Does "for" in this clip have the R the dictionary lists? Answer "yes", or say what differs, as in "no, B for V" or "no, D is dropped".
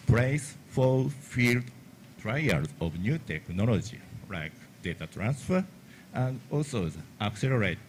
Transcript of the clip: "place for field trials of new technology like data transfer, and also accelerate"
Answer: no, L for R